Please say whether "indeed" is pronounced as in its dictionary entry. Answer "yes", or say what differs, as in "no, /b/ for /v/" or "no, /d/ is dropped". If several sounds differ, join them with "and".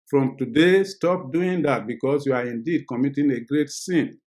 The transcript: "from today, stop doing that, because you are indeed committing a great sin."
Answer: yes